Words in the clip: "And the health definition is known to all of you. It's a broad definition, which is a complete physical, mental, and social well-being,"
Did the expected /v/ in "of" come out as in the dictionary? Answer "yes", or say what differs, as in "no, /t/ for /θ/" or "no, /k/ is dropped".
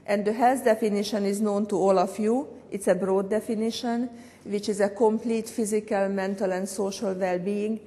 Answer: no, /f/ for /v/